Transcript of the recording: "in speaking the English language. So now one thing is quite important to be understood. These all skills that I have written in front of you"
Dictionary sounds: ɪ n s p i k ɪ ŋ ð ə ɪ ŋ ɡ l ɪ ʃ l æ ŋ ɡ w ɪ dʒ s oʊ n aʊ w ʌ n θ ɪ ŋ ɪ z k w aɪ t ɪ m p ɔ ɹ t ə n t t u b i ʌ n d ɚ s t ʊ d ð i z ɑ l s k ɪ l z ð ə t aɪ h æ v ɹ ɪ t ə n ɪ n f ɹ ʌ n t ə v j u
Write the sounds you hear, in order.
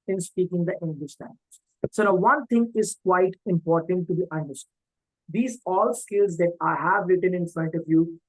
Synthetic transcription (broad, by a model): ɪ n s p i k ɪ ŋ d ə ɪ ŋ ɡ l ɪ ʃ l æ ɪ z s oʊ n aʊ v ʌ n t ɪ ŋ ɪ z k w aɪ t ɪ m p ɔ ɹ t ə n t t u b i ʌ n d ɚ s t ʊ d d i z ɑ l s k ɪ l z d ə t aɪ h æ v ɹ ɪ t ə n ɪ n f ɹ ʌ n t ə v j u